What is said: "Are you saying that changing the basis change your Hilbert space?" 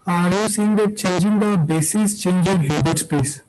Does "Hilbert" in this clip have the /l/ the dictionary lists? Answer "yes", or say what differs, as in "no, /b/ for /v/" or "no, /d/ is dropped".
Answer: no, /l/ is dropped